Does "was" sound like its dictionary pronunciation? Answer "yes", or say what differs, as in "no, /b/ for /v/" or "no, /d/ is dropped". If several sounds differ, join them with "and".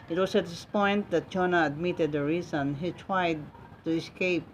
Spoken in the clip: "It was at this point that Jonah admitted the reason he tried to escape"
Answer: no, /s/ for /z/